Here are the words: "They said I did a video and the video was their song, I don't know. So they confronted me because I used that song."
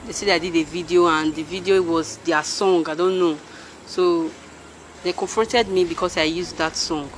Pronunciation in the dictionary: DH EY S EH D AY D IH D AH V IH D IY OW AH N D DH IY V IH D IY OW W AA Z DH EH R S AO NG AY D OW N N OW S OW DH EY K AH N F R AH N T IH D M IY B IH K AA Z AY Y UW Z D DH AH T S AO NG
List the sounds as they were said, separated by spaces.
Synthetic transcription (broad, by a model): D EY S EH D AY D IH D AH V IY D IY OW AH N D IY V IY D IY OW W AA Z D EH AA S AO NG AY D OW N N OW S OW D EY K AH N F R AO N T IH D M IY B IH K AA S AY Y UW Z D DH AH T S AO NG